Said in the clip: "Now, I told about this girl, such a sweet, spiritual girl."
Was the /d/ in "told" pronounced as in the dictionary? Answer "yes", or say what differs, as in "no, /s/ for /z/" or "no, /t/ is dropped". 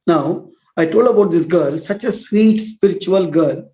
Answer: yes